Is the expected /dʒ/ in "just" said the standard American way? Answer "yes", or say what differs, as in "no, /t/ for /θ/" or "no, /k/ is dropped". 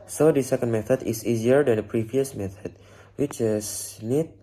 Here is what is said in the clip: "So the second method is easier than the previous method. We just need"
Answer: no, /tʃ/ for /dʒ/